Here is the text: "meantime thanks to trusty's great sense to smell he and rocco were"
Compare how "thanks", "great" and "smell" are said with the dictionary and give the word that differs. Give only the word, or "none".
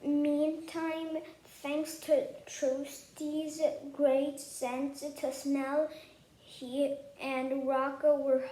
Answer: none